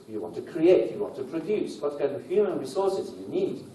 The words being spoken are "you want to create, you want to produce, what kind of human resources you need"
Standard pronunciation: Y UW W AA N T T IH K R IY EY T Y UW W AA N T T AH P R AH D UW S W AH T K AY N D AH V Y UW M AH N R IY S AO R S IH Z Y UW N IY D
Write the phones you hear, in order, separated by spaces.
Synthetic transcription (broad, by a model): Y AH W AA N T T IH K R IY EY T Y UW W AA N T T AH P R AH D UW S W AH T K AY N AH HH Y UW M AH N R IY S AO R S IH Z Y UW N IY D